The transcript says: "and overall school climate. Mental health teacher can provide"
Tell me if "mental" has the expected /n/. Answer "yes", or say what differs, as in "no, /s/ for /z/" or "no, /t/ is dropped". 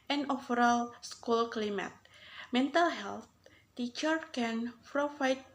yes